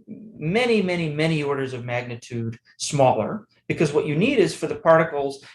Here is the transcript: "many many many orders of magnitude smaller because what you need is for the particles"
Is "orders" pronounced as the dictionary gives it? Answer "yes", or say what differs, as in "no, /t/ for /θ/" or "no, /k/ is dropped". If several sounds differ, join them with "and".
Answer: yes